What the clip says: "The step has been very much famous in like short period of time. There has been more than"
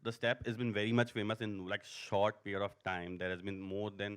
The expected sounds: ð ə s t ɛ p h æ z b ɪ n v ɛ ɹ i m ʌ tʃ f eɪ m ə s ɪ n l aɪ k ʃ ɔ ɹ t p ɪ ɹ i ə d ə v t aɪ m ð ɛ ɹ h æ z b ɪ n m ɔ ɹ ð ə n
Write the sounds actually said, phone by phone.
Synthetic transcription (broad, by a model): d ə s t ɛ p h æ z b ɪ n v ɛ ɹ i m ʌ tʃ f eɪ m ə s ɪ n l aɪ k ʃ ɔ ɹ t p ɪ ɹ i ə d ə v t aɪ m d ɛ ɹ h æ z b ɪ n m ɔ ɹ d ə n